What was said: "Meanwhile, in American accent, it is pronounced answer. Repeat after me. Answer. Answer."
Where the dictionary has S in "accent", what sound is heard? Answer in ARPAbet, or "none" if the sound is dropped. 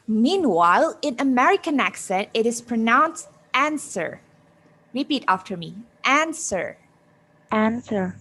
S